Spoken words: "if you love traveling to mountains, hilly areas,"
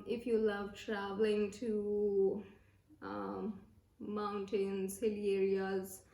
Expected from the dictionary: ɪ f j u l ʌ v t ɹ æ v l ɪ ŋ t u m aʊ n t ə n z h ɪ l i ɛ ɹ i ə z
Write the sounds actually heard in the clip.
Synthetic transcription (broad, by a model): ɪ f j u l ʌ v t ɹ æ v l ɪ ŋ t u m aʊ n t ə n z h ɪ l i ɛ ɹ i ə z